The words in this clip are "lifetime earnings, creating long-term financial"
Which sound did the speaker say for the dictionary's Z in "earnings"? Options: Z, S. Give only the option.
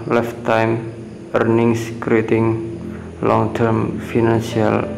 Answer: S